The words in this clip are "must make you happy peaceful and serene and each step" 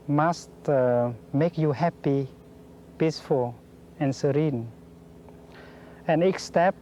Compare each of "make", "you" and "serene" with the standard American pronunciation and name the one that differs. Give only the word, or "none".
none